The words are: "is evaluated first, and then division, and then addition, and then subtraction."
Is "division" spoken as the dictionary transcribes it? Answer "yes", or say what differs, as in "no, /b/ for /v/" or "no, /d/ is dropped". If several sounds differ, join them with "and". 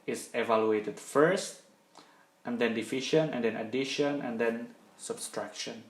no, /f/ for /v/ and /ʃ/ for /ʒ/